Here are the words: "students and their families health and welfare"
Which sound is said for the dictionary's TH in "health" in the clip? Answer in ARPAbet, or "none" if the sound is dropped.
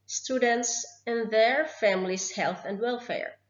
TH